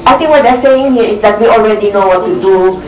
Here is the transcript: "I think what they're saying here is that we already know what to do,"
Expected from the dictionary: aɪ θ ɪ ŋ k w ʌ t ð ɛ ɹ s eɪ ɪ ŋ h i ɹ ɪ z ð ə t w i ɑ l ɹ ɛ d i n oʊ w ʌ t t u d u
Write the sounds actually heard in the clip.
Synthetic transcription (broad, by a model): aɪ t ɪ ŋ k w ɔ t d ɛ s eɪ ɪ ŋ h i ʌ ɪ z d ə t w i ɑ l ɹ ɛ d i n oʊ w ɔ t t u d u